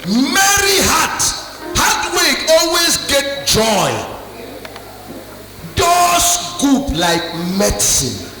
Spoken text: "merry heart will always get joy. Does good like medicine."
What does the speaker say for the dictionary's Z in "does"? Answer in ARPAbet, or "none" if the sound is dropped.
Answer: S